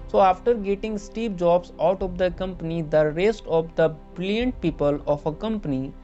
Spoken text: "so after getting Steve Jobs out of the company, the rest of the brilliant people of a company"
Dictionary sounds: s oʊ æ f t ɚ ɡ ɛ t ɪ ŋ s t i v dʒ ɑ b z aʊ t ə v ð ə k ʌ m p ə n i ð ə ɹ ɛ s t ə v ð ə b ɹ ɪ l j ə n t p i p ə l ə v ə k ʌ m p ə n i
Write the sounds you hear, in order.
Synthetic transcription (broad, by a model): s oʊ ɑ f t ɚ ɡ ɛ t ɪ ŋ s t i p dʒ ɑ b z aʊ t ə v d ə k ʌ m p ə n i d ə ɹ ɛ s t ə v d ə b ɹ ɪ l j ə n t p i p ə l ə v ə k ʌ m p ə n i